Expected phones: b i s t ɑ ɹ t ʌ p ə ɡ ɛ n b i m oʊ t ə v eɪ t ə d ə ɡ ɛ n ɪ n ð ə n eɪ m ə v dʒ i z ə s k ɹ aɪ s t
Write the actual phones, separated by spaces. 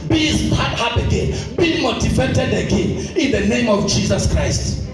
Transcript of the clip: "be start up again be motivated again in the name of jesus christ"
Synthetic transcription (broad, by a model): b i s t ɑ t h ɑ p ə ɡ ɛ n b i m oʊ t ə v eɪ t ə d ə ɡ ɛ n ɪ n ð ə n eɪ m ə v dʒ i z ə s k ɹ aɪ s t